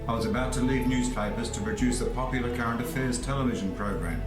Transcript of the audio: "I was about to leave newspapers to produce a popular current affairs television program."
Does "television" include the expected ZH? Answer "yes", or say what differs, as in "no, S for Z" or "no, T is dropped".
yes